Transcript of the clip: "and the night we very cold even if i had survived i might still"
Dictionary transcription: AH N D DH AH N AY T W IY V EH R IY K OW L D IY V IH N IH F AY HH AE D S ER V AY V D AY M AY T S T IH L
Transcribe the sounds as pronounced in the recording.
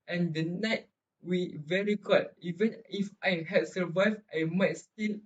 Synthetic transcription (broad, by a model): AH N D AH N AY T W IY V EH R IY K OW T IY V IH N IH F AY HH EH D S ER V AY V AY M AY T S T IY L